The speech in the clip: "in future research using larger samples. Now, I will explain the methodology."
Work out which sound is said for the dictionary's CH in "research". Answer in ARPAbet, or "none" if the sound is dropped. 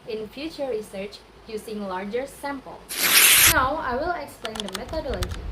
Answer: CH